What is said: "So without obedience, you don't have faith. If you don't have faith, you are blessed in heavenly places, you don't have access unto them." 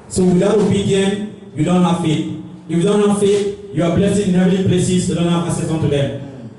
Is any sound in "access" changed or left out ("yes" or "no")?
yes